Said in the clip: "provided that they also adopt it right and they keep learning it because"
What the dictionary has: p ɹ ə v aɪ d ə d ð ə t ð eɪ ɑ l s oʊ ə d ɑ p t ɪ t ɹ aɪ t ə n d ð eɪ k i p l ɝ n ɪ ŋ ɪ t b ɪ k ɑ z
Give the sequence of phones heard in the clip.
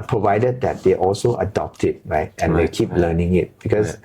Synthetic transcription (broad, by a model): p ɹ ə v aɪ d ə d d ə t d eɪ ɑ l s oʊ ə d ɑ p t ɪ t ɹ aɪ t ə n d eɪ k i p l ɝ n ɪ ŋ ɪ t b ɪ k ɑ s